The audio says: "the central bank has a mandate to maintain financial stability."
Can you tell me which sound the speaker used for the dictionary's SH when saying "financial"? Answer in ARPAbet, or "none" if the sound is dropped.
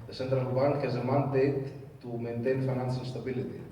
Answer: S